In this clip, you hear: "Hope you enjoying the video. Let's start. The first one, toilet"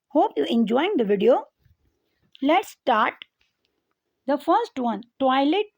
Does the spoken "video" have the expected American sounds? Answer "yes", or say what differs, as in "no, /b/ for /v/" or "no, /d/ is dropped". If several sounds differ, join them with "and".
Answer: yes